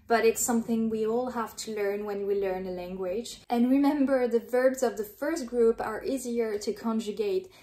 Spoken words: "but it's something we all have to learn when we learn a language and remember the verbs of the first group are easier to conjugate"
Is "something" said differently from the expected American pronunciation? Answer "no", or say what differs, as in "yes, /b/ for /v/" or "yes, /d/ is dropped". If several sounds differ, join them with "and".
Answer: no